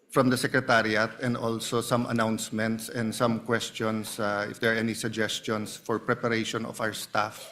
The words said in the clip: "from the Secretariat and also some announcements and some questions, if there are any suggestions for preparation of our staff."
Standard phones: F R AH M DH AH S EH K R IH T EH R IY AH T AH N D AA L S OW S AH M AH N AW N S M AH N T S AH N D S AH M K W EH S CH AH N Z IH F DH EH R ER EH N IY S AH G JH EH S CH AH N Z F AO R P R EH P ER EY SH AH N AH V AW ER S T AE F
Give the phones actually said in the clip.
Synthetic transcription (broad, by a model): F R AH M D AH S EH K R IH T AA R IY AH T AH N D AA L S OW S AH M AH N AW N S M AH N T S AH N D S AH M K W EH S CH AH N S IH F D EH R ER EH N IY S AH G JH EH S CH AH N S F AO R P R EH P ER EY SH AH N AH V AW ER S T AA F